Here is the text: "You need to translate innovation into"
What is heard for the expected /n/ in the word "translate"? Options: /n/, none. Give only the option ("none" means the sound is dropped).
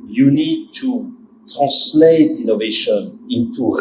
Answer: none